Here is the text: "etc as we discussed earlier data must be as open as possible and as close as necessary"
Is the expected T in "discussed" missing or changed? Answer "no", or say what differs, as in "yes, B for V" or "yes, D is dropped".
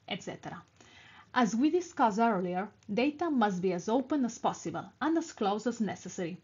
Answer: yes, T is dropped